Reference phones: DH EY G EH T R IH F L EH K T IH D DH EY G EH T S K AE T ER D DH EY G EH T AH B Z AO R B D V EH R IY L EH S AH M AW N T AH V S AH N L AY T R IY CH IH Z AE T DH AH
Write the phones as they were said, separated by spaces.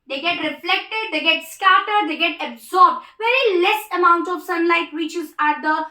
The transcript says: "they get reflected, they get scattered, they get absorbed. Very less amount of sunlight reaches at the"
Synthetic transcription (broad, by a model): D EY G EH T R IH F L EH K T IH D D EY G EH T S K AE T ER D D EY G EH T AH B Z AO R B D V EH R IY L EH S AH M AW N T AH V S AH N L AY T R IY CH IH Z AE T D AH